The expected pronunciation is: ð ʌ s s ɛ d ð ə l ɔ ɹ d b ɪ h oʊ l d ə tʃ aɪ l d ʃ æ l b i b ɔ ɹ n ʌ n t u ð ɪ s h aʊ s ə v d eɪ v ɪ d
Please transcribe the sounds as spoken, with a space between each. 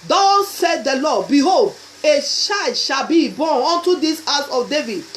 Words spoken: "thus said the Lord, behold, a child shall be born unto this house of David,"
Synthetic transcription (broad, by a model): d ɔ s s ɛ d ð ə l ɔ b ɪ h oʊ l d ə ʃ aɪ d ʃ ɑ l b i b ɔ n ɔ n t u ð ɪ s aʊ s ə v d eɪ v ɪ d